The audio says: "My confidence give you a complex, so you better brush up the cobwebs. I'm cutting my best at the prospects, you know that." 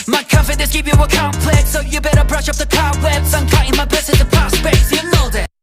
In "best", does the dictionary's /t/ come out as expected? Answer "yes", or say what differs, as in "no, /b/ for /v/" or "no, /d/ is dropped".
no, /t/ is dropped